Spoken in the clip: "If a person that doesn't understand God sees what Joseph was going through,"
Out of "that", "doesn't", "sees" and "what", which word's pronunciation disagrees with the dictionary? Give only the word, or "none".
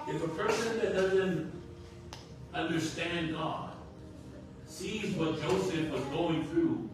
none